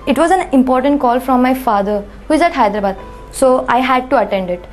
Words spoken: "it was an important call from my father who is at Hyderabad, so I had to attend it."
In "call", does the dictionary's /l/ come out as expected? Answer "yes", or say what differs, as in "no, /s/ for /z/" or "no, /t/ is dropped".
yes